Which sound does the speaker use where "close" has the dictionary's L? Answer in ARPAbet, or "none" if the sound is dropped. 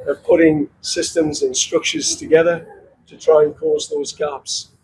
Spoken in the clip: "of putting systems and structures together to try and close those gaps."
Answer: none